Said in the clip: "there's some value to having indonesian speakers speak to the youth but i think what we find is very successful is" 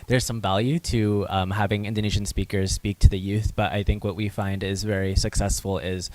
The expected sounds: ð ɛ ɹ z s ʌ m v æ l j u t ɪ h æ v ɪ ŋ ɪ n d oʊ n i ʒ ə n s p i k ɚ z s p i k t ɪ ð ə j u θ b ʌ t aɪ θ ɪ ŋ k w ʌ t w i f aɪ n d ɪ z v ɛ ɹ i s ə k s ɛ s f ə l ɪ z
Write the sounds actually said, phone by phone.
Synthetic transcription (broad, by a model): ð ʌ ɹ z s ʌ m v æ l j u t ɪ h æ v ɪ ŋ ɪ n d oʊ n i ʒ n s p i k ɚ z s p i k t ɪ ð ə j u θ b ʌ t aɪ θ ɪ ŋ k w ʌ t w i f aɪ n d ɪ z v ɛ ɹ i s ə k s ɛ s f l ɪ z